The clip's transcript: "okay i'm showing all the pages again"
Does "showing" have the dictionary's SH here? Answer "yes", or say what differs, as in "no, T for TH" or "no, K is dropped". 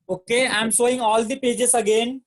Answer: no, S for SH